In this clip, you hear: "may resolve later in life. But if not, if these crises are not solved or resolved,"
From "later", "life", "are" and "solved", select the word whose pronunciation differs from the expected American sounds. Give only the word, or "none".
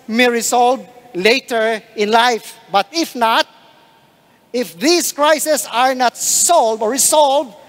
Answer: solved